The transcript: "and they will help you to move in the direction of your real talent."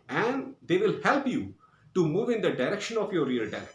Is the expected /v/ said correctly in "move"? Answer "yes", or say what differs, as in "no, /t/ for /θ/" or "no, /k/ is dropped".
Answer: yes